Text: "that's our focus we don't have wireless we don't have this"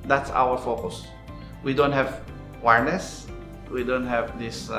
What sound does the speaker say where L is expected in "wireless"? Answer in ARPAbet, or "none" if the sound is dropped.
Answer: N